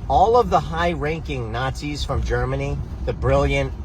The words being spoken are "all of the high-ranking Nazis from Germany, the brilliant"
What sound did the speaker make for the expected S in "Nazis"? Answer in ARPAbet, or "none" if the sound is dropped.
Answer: S